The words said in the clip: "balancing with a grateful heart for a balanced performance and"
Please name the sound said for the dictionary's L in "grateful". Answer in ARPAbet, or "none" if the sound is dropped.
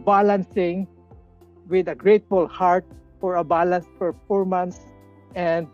L